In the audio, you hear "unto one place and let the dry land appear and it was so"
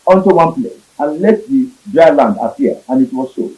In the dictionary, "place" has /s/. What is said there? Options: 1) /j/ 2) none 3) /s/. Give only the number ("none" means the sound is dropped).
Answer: 3